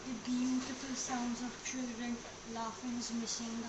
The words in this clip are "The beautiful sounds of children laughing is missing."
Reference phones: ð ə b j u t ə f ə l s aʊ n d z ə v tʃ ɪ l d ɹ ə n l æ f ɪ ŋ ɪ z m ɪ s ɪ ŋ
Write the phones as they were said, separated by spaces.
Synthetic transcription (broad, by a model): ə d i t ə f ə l s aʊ n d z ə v tʃ ɪ l d ɹ ə n l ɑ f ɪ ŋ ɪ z m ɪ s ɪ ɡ